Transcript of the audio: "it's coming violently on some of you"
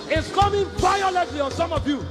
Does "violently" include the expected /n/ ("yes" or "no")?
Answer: no